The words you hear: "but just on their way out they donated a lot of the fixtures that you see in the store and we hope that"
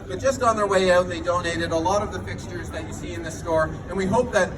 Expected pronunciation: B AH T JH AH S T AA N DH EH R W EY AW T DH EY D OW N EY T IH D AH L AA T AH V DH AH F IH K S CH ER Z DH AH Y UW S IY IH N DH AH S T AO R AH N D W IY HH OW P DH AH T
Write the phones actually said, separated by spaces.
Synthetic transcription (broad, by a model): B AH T JH AH S T N DH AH R W EY AW T DH EY D OW N EY T IH D AH L AA T AH V DH AH F IH K S CH ER Z DH AH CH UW S IY IH N DH AH S T AO R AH N W IY HH OW P DH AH T